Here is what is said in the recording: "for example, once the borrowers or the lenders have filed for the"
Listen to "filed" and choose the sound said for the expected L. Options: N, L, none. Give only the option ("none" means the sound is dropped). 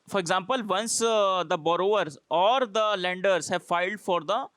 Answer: L